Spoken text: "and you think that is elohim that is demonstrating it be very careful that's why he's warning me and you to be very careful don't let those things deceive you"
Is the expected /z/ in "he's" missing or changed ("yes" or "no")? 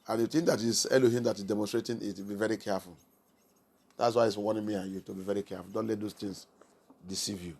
yes